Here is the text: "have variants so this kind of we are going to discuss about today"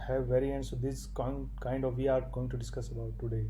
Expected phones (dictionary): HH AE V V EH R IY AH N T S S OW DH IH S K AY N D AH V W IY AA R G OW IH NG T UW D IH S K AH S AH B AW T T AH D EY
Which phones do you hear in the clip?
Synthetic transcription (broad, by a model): HH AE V V EH R IY AH N T S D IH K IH K AY N D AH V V IY AA R G OW IH NG T UW D IH S K AH S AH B AW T T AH D EY